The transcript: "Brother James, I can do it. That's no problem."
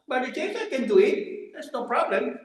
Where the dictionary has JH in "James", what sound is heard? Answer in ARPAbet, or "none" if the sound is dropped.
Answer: CH